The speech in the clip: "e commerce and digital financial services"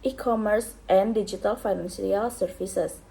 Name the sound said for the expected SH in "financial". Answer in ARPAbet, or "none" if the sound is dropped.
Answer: S